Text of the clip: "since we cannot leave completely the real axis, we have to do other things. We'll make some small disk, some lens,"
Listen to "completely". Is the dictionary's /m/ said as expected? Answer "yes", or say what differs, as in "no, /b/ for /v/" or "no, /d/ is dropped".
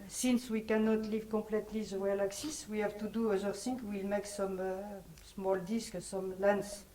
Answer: no, /m/ is dropped